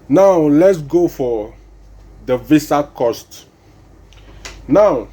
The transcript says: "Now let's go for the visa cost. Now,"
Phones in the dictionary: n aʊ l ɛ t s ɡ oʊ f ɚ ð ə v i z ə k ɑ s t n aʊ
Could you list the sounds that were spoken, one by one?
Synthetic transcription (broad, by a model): n aʊ l ɛ t s ɡ oʊ f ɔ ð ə v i s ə k ɑ s t n aʊ